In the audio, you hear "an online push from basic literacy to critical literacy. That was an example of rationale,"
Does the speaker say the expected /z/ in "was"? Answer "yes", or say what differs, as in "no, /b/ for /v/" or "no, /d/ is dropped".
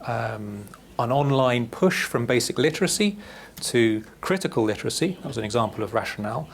yes